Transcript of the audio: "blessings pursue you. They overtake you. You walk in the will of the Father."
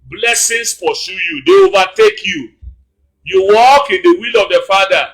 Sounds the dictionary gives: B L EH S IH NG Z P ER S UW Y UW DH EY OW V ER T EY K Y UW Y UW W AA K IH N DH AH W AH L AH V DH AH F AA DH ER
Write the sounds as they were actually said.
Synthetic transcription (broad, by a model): B L EH S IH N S P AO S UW Y UW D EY OW V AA T EY K Y UW Y UW W AA K IH N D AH W AH L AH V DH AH F AA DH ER